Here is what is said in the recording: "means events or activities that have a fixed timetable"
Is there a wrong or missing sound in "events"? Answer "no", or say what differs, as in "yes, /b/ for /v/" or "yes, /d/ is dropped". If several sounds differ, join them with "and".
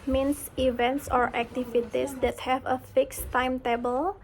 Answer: no